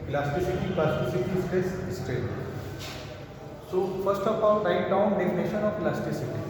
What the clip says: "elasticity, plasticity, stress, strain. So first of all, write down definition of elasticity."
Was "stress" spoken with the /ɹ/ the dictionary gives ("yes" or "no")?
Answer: no